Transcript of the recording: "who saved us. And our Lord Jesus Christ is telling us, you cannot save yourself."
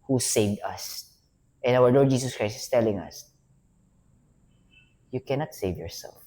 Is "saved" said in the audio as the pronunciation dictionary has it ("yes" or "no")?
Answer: yes